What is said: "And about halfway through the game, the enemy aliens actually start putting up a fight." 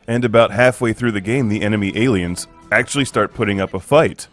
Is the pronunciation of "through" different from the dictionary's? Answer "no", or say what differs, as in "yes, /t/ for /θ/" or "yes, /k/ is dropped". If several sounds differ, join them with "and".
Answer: no